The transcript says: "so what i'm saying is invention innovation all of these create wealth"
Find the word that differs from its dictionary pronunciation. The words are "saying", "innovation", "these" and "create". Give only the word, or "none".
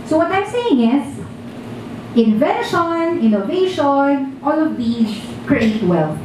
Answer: these